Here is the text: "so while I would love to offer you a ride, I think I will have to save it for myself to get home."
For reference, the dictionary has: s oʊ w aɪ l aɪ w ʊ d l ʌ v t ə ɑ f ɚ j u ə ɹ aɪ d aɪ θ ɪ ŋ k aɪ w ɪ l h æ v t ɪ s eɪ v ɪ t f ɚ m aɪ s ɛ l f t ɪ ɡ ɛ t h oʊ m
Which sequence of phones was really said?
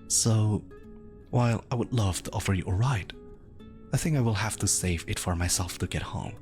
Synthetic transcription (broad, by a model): s oʊ w aɪ l aɪ w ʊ d l ʌ v t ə ɑ f ɚ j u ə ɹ aɪ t aɪ θ ɪ ŋ k aɪ w ɪ l h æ f t ɪ s eɪ v ɪ t f ɚ m aɪ s ɛ l f t ɪ ɡ ɛ t h oʊ m